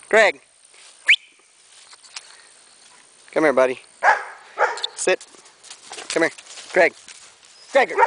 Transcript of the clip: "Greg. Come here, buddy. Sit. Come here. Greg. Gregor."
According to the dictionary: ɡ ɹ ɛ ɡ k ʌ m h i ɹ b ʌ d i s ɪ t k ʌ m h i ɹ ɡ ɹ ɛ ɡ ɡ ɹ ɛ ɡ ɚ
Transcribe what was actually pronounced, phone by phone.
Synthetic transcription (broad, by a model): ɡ ɹ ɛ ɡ k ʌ m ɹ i b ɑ d i s ɪ t k ʌ m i ɹ ɡ ɹ ɛ ɡ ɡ ɹ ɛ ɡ